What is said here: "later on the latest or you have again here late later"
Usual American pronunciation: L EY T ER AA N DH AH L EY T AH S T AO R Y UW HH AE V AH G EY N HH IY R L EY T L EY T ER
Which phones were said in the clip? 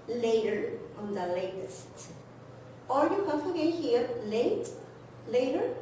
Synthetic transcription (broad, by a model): L EY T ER AA N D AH L EY T AH S T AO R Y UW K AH F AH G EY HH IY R L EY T L EY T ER